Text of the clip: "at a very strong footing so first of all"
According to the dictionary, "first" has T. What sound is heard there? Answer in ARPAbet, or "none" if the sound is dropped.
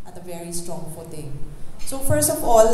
T